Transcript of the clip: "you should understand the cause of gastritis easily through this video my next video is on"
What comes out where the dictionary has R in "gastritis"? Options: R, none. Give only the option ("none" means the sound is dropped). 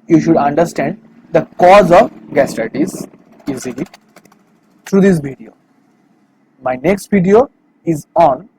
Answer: none